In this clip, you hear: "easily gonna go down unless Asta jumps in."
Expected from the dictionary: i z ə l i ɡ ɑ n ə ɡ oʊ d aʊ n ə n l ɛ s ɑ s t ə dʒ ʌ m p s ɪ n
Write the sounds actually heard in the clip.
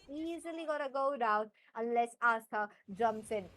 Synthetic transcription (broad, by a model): i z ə l i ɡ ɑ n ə ɡ oʊ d aʊ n ə n l ɛ s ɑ s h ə dʒ ʌ m p s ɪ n